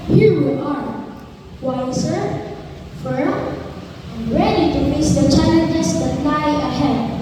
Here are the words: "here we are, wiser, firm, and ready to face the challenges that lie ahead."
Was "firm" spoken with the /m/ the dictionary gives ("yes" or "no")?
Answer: no